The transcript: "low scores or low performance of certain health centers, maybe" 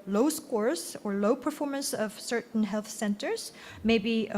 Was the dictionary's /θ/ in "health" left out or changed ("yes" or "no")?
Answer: no